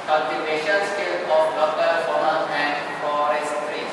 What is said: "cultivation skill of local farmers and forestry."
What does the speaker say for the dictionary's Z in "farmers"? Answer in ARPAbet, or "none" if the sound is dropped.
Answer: none